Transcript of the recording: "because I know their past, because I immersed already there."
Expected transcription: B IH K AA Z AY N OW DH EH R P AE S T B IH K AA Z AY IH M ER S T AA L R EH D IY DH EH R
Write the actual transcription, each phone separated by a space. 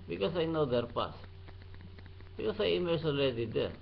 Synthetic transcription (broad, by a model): B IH K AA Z AY N OW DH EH R P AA S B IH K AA S AY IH M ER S AA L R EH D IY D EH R